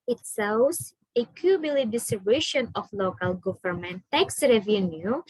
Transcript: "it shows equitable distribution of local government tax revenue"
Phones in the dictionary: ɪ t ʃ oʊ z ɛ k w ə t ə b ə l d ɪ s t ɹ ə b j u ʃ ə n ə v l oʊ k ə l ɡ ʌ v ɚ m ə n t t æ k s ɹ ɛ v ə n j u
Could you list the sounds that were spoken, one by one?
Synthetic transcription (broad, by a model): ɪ t s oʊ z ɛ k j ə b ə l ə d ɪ s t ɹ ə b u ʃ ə n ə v l oʊ k ə l ɡ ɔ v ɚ m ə n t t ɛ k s ɹ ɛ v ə n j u